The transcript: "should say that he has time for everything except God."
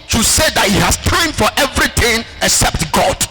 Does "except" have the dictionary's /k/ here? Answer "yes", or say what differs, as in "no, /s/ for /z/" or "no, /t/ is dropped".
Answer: yes